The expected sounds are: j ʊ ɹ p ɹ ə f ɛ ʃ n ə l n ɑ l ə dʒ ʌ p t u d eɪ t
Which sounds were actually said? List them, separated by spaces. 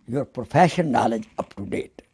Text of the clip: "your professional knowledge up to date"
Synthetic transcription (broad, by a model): j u ɹ p ɹ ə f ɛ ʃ ə n ɑ l ə dʒ ʌ p t u d eɪ t